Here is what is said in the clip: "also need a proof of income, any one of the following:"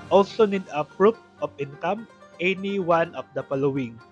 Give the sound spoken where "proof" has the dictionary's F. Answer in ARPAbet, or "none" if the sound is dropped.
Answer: P